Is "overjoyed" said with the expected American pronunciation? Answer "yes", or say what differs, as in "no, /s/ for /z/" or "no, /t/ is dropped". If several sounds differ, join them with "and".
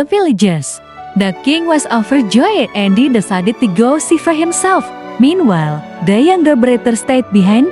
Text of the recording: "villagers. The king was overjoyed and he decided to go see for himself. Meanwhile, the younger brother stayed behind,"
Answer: no, /f/ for /v/